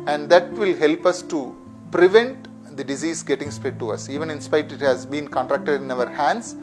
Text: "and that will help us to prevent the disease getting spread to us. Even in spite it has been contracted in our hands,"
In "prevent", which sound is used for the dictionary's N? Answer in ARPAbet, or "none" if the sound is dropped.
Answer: N